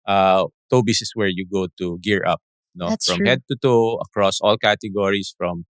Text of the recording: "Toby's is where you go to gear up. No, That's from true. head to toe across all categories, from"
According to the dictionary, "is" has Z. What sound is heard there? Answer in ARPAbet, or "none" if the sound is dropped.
S